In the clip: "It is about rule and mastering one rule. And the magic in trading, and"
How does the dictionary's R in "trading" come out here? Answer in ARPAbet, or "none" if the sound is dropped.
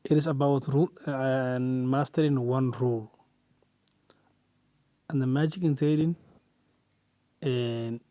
none